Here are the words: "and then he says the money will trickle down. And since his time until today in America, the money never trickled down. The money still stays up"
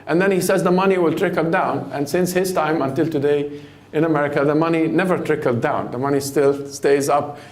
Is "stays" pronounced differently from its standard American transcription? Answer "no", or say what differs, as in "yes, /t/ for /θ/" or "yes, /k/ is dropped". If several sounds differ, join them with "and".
no